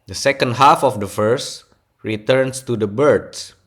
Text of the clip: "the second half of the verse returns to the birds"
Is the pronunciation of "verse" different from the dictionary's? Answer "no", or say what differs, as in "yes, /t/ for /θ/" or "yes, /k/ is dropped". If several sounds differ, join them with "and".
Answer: yes, /f/ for /v/